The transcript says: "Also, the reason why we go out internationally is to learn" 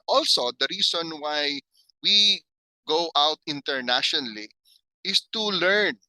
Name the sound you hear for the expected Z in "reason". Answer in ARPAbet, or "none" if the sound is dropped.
S